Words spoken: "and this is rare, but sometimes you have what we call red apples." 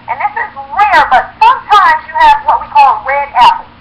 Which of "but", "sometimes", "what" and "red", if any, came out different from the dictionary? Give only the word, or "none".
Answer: none